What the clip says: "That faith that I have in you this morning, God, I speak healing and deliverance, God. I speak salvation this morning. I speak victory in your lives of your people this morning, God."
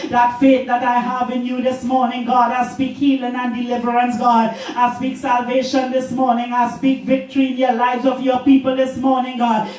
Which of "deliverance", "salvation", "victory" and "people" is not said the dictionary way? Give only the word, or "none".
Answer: none